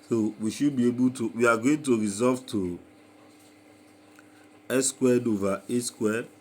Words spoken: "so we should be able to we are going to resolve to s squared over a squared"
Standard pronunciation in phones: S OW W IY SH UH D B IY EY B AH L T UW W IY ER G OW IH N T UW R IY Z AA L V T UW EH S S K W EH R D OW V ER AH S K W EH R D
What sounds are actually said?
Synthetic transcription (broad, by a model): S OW W IY SH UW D B IY EY B AH L T UW W IY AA G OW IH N T UW R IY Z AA V T UW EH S S K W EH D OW V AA AH S K W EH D